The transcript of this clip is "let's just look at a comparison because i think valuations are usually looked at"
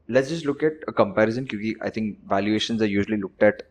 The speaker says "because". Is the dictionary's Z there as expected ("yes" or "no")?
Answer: no